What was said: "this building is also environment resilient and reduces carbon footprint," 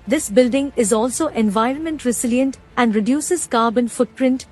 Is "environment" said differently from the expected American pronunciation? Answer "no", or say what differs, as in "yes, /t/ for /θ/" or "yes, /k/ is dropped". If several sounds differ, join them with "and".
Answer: no